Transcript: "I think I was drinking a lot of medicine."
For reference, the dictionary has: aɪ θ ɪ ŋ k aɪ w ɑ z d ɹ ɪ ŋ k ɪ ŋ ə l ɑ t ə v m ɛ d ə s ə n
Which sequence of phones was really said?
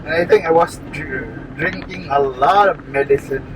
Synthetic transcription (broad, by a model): aɪ t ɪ ŋ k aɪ w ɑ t d ɹ ɪ ŋ k ɪ ŋ ə l ɑ t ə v m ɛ d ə s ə n